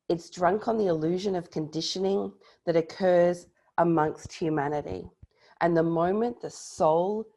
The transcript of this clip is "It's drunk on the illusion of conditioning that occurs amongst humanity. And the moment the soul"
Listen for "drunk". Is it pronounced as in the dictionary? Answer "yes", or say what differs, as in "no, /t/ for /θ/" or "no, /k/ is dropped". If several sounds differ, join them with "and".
yes